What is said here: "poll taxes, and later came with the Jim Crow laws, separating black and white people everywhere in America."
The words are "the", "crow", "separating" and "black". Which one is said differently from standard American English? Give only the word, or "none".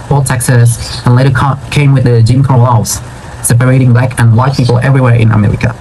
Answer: crow